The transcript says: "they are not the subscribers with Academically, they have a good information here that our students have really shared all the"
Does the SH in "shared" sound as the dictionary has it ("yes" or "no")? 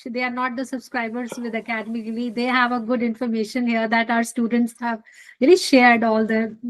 yes